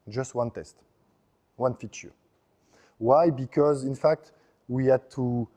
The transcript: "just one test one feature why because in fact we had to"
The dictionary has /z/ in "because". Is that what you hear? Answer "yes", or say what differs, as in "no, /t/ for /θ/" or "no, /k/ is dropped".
yes